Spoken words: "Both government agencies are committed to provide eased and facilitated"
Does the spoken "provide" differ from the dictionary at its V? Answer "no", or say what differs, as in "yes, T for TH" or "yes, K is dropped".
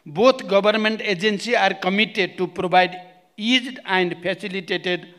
yes, B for V